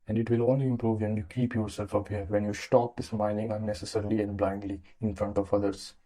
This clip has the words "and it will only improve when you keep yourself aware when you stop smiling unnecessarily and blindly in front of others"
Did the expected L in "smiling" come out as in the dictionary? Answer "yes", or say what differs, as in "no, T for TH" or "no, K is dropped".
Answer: no, N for L